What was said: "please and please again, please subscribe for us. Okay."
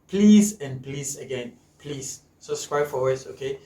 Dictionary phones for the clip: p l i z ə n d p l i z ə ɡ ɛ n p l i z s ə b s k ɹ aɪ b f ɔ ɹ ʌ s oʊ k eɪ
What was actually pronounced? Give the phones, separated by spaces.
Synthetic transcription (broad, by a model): p l i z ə n p l i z ə ɡ ɛ n p l i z s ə s k ɹ aɪ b f ɔ w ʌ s oʊ k eɪ